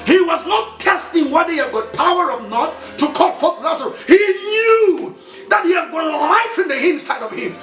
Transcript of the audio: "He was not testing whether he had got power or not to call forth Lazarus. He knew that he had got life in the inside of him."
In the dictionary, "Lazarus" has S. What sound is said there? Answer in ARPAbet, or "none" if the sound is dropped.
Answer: none